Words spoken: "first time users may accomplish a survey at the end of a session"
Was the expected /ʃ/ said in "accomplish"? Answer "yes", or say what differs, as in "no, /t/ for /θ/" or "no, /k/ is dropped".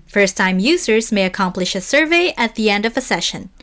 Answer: yes